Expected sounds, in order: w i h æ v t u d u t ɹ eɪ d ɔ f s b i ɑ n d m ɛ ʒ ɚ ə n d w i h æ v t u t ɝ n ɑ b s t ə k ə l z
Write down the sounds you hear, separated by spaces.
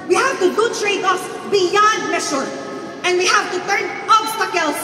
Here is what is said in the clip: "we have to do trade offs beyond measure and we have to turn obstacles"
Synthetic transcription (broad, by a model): w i h æ v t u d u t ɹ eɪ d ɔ s b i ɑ n d m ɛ ʃ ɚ ə n d w i h æ v t u t ɝ n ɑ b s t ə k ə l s